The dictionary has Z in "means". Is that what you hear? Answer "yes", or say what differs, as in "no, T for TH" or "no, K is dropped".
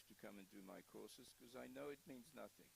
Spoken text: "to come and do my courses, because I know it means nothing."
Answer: yes